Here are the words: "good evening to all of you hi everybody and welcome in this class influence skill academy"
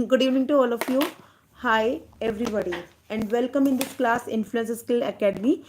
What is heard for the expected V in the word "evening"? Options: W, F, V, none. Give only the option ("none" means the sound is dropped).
none